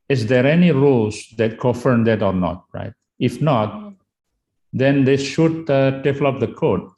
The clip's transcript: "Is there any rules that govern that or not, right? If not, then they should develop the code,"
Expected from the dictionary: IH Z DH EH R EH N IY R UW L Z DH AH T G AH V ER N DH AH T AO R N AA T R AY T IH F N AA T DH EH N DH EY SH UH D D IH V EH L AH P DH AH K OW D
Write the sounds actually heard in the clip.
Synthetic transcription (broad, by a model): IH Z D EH R EH N IY R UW L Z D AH T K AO F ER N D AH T AO R N AA T R AY T IH F N AA T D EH N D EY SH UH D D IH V L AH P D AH K OW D